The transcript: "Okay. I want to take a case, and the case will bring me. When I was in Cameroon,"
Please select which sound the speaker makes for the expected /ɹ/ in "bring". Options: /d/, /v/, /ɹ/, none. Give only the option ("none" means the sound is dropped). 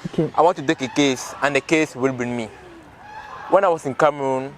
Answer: none